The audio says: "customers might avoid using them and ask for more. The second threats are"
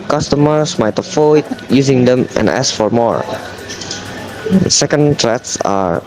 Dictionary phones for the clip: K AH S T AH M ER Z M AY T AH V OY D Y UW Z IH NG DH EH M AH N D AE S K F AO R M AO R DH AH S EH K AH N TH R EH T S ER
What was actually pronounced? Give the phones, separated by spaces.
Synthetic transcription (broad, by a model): K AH S T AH M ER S M AY T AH F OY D Y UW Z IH NG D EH M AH N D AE S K F AO R M AO R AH S EH K AH N T R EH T S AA